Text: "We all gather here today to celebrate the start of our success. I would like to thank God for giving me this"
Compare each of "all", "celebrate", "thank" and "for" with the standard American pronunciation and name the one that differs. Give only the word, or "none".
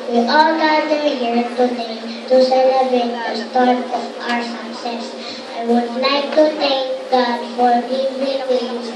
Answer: thank